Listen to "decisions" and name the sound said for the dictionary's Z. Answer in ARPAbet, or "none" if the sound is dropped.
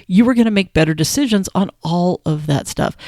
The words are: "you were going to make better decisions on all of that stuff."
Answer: Z